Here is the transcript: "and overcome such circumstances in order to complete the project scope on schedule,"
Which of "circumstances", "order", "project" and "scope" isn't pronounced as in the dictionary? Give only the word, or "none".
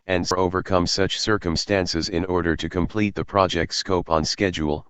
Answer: none